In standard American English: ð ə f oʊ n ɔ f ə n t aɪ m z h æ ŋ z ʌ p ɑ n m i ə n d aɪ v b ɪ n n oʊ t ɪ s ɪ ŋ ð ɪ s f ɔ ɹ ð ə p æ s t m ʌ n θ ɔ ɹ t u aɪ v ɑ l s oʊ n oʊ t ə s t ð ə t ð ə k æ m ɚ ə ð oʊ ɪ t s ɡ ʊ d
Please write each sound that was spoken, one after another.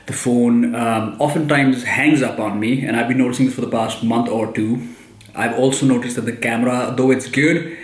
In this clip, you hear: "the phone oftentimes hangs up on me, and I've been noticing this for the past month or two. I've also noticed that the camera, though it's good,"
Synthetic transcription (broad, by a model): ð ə f oʊ n ɔ f ə n t aɪ m z h æ ŋ z ʌ p ɑ n m i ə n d aɪ v b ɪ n n oʊ t ɪ s ɪ ŋ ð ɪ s f ɔ ɹ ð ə p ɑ s t m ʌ n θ ɔ ɹ t u aɪ v ɑ l s oʊ n oʊ t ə s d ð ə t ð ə k æ m ɚ ə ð oʊ ɪ t s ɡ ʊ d